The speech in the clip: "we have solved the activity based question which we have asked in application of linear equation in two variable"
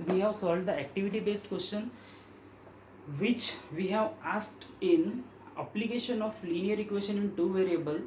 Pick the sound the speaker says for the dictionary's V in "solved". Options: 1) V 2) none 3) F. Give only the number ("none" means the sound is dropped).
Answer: 2